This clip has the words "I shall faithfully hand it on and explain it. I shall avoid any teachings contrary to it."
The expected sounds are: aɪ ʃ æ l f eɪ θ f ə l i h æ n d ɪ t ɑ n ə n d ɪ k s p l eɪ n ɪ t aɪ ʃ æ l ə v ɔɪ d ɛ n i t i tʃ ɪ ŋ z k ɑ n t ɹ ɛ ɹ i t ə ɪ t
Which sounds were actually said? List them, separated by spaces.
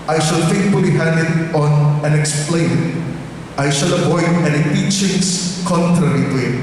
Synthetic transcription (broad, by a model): aɪ ʃ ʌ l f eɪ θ f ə l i h æ n d ɪ t ɑ n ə n ɪ k s p l eɪ n t aɪ ʃ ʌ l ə p ɔɪ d ɛ n i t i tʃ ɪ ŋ s k ɑ n t ɹ ɛ ɹ i t ə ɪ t